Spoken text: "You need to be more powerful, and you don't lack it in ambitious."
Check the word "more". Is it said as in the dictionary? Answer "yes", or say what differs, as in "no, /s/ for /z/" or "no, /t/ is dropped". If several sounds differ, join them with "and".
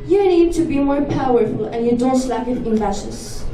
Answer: yes